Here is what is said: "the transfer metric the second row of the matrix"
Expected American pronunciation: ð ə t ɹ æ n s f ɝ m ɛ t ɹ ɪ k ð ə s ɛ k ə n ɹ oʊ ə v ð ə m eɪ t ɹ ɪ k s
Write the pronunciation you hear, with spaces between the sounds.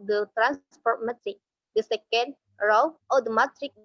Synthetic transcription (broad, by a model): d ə t ɹ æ n s p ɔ m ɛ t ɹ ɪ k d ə s ɛ k ə n ɹ oʊ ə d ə m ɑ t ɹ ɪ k